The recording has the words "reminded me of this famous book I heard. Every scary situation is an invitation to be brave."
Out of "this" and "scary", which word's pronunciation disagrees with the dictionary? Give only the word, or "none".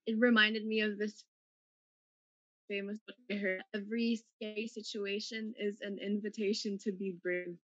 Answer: scary